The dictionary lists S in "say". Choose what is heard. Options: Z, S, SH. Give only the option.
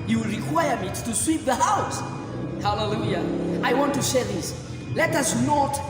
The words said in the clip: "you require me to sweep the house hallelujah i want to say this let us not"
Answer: SH